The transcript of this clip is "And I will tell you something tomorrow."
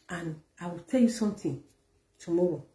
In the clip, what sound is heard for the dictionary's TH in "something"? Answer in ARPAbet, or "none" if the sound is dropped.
T